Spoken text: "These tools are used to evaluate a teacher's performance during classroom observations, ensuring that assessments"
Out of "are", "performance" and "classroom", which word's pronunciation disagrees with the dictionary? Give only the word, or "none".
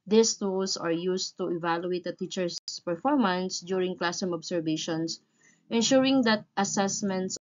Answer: classroom